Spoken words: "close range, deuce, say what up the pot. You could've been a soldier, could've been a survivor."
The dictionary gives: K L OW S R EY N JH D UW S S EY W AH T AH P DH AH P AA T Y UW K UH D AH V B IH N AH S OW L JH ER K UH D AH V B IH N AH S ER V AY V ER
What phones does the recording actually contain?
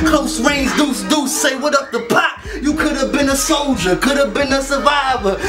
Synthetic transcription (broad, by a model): K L OW S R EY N Z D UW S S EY W AH T AH P DH AH P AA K Y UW K UH D AH V B IH N AH S OW L JH ER K UH D AH V B IH N AH S ER V AY V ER